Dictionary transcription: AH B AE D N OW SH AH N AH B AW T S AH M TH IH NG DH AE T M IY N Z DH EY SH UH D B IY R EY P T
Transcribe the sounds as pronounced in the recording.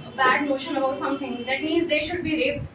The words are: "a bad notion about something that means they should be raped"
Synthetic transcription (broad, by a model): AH B AE D N OW SH AH N AH B AW T S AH M T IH NG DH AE T M IY N Z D EY SH UH D B IY R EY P